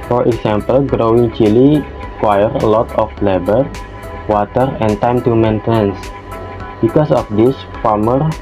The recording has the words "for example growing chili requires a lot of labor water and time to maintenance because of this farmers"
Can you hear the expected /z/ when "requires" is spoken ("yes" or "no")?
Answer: no